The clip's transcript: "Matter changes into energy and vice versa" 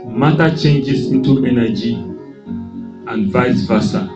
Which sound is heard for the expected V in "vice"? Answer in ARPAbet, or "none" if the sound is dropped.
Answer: V